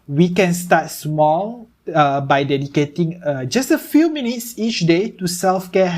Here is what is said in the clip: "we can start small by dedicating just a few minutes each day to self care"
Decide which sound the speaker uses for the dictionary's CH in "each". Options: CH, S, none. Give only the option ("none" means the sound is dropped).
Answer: CH